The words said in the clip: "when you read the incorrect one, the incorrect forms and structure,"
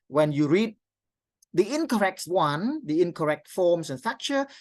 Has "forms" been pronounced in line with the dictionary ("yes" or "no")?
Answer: no